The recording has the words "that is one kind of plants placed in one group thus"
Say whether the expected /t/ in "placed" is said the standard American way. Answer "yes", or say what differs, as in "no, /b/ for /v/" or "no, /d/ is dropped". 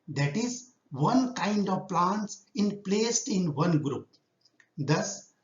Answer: yes